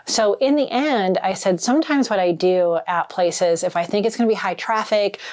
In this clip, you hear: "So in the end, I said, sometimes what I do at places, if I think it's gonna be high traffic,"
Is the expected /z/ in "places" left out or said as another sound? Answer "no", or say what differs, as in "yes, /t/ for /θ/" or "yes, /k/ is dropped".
no